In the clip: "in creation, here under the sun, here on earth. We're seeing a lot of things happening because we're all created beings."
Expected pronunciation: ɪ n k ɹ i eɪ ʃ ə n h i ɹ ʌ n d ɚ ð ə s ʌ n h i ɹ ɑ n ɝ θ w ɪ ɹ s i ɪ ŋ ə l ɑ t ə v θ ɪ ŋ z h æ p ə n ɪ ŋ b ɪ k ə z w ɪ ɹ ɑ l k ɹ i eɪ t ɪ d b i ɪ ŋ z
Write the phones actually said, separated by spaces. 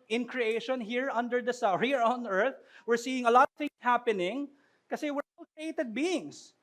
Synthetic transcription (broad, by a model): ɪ n k ɹ i eɪ ʃ ə n h i ɹ ʌ n d ɚ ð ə s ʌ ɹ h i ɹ ɑ n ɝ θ w ɪ ɹ s i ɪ ŋ ə l ɑ t ə v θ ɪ ŋ s h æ p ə n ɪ ŋ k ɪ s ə w ɪ ɹ ɑ l k ɹ i eɪ t ɪ d b i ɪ ŋ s